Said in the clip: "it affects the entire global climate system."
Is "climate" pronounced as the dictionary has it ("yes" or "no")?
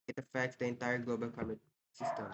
no